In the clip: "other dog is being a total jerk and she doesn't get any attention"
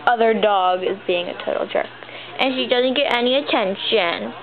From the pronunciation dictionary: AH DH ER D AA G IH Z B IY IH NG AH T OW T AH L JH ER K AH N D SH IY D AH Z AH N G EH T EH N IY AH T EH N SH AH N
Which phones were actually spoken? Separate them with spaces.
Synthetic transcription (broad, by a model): AH DH ER D AA G IH Z B IY IH NG AH T OW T L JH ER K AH N SH IY D AH Z AH N G EH T EH N IY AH T EH N SH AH N